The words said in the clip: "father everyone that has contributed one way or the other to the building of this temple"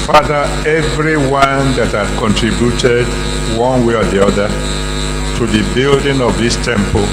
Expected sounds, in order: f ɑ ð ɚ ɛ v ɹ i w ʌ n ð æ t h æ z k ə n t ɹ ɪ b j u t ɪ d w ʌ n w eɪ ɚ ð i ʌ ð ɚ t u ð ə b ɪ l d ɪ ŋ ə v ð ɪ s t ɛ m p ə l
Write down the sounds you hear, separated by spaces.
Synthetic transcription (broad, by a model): f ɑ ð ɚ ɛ v ɹ i w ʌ n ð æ t h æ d k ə n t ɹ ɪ b j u t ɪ d w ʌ n w eɪ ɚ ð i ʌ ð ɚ t u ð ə b ɪ l d ɪ ŋ ə v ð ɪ s t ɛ m p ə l